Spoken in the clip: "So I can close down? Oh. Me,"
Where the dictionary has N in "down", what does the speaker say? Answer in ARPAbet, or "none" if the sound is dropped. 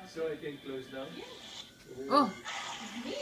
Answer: none